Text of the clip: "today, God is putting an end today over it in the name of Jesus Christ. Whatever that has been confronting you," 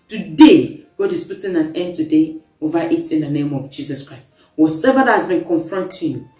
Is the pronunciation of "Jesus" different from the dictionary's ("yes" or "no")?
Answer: yes